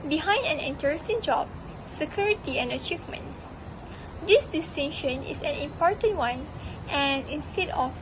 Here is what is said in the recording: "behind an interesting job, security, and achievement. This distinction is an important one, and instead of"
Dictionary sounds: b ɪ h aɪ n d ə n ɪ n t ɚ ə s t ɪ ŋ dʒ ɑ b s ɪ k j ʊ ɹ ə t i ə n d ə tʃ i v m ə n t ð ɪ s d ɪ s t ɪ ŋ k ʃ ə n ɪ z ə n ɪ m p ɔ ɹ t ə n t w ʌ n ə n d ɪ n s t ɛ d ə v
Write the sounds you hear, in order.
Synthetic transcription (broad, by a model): b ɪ h aɪ n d ə n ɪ n t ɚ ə s t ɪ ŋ dʒ ɑ b s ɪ k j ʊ ɹ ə t i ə n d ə tʃ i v m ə n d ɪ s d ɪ s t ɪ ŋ ʃ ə n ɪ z ə n ɪ m p ɔ ɹ t ə n t w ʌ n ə n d ɪ n s t ɛ d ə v